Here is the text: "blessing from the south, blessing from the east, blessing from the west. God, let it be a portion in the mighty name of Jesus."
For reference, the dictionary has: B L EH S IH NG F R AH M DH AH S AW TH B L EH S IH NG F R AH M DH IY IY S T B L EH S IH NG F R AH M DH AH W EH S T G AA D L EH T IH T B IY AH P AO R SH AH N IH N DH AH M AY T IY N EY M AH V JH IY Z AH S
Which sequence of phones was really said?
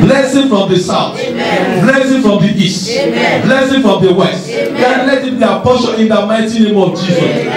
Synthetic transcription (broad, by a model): L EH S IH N F R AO M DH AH S AW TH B L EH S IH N F R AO M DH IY IY S T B L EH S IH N F R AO M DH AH W EH S T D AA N L EH T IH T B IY AH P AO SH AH IH N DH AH M AY T IY N EY M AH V JH IY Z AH S